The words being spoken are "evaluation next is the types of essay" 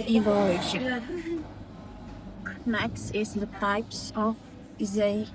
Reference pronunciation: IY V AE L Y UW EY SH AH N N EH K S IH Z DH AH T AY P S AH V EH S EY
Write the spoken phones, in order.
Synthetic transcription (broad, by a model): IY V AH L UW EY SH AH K N EH K S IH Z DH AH T AY P S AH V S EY